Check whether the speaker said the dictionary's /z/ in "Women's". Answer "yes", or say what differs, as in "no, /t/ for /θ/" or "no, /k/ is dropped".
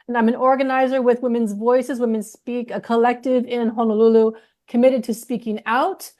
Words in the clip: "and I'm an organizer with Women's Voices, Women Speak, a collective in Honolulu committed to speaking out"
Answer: yes